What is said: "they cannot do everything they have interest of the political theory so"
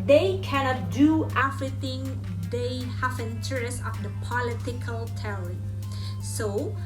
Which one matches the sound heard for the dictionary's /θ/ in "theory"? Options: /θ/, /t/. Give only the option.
/t/